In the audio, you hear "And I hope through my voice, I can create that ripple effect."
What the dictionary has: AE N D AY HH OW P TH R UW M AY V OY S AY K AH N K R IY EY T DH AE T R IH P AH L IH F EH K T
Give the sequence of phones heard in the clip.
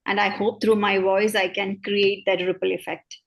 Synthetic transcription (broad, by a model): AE N D AY HH OW P T R UW M AY V OY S AY K AH N K R IY EY T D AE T R IH P AH L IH F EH K T